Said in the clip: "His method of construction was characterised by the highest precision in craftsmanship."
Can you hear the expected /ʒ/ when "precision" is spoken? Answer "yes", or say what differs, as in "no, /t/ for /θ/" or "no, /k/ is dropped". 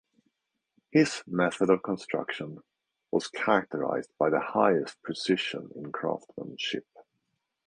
no, /ʃ/ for /ʒ/